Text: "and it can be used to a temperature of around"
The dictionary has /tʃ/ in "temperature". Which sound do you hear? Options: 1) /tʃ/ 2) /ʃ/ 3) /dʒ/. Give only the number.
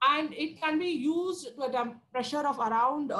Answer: 2